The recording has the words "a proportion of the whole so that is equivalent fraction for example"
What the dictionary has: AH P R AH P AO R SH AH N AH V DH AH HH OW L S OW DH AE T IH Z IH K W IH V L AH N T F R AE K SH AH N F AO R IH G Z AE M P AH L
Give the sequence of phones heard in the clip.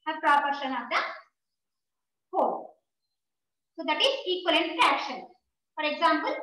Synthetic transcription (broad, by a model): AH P R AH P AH R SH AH N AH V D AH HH OW S OW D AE T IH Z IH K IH L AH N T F AE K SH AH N F AO R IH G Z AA M P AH L